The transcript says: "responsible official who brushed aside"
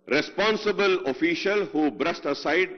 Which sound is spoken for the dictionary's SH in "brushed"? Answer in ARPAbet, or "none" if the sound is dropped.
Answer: S